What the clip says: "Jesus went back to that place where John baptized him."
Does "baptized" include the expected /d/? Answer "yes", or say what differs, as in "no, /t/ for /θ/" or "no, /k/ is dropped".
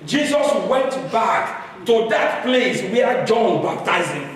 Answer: no, /d/ is dropped